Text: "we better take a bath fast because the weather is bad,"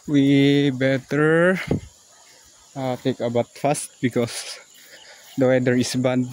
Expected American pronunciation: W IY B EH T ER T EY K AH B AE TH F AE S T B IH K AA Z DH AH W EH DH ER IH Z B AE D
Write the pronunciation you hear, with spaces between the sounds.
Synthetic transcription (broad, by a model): W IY B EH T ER T EY K AH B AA T F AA S T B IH K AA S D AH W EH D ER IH S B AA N